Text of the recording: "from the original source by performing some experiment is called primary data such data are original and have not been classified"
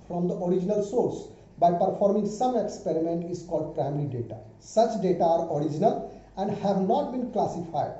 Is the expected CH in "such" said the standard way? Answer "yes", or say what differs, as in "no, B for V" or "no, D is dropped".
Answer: yes